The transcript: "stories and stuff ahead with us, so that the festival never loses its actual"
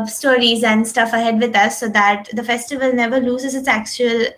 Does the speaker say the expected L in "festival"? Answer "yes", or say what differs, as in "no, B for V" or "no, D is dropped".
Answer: yes